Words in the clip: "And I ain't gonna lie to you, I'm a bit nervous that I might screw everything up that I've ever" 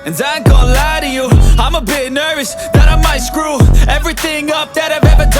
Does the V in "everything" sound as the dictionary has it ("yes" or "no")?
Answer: yes